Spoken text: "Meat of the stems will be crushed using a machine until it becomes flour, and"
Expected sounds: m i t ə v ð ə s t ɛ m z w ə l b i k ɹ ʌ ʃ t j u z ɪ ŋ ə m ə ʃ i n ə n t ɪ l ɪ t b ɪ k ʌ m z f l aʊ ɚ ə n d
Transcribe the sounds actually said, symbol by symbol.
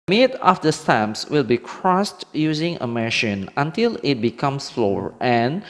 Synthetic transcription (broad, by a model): m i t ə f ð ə s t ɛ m s w ə l b i k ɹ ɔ s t j u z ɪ ŋ ə m ə ʃ i n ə n t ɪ l ɪ t b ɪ k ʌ m s f l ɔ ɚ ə n